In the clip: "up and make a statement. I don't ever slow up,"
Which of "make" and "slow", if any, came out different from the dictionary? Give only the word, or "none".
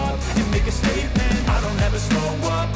slow